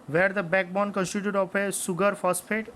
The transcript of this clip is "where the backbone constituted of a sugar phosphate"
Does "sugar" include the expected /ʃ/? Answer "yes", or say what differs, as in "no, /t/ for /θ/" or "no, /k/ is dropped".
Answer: no, /s/ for /ʃ/